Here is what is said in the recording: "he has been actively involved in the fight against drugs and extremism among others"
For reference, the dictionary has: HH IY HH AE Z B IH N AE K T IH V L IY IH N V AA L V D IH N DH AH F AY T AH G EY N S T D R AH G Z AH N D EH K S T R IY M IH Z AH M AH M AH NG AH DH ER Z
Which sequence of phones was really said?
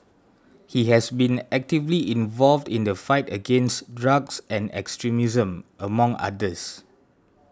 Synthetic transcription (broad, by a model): HH IY HH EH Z B IH N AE K T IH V L IY IH N V AA L V D IH N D AH F AY T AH G EY N S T D R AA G S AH N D EH K S T R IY M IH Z AH M AH M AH NG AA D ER S